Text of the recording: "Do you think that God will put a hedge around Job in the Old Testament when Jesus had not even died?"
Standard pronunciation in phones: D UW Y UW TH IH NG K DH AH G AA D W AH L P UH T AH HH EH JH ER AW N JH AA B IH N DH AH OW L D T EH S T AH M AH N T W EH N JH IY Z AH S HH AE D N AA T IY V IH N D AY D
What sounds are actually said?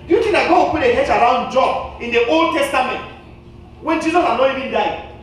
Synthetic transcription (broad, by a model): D Y UW T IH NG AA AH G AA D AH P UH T AH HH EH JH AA AW N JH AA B IH N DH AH OW L D T EH S T AH M AH N T W EH N JH IY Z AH S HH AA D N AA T IY V IH N D AY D